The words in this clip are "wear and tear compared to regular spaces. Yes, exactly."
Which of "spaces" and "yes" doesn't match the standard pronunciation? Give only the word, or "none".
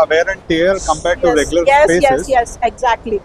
spaces